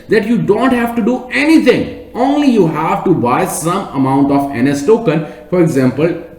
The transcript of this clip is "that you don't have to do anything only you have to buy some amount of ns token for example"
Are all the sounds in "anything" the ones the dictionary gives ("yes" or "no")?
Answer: no